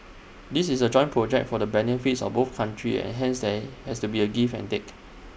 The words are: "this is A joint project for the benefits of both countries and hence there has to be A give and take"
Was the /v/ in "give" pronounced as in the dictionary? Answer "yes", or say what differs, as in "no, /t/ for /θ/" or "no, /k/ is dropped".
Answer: no, /f/ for /v/